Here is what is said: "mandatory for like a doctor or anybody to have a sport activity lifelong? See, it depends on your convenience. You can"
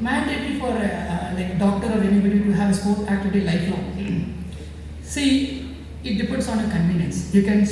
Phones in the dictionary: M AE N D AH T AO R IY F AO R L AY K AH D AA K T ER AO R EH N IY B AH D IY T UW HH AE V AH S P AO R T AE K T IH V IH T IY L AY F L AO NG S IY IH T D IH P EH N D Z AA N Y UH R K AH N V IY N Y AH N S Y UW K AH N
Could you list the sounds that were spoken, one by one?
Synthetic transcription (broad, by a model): M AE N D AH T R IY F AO R L AY K D AA K T ER AO R EH N IY B AH D IY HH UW HH AE V AH S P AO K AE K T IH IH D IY L AY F L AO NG S IY IH T D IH P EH N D S AA N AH K AH N V IY N Y AH N S Y UW K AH N